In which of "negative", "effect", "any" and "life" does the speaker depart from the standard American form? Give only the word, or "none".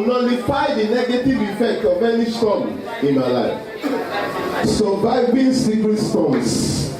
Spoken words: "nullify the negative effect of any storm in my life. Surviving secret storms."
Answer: none